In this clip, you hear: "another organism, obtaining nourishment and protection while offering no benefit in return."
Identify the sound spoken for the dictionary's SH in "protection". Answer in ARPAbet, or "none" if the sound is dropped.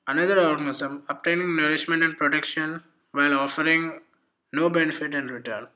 SH